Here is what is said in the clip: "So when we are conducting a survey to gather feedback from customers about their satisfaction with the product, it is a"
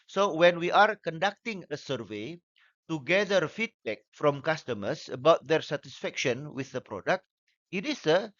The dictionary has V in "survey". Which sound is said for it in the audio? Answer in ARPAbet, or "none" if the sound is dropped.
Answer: V